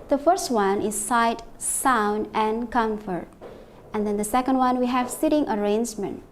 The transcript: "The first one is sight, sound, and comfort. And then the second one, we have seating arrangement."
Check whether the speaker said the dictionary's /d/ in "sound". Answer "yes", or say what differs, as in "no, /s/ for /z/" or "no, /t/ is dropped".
yes